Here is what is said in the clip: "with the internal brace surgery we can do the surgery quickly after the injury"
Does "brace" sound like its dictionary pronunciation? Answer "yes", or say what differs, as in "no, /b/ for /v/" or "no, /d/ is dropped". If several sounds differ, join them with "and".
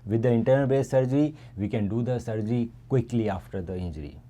no, /ɹ/ is dropped